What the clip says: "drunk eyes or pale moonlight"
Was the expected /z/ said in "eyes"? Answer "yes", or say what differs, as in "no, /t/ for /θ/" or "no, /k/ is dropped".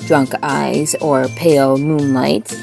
yes